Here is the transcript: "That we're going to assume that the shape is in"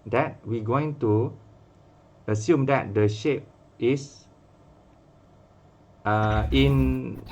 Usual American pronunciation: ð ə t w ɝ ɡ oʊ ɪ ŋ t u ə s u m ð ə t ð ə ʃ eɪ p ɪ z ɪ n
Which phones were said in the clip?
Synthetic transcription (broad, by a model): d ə t w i ɡ oʊ ɪ ŋ t u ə s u m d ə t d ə ʃ eɪ p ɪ s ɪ n